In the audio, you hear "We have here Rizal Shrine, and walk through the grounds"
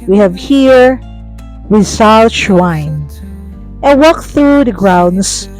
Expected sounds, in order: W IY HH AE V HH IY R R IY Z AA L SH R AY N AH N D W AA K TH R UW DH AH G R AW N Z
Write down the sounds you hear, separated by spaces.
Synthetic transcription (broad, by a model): W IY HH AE V HH IY R W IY S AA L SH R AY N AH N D W AA K TH R UW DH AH G R AW N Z